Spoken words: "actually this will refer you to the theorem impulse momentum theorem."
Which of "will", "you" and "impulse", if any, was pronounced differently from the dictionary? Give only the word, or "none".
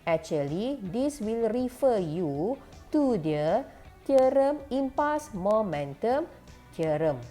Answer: impulse